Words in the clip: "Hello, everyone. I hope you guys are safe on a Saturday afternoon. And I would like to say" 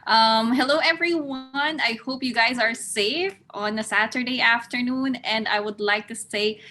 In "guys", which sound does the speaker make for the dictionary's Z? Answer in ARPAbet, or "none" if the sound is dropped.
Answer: Z